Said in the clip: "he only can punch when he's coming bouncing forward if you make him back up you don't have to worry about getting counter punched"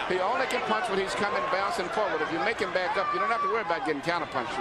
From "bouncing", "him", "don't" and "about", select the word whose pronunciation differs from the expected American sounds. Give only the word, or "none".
bouncing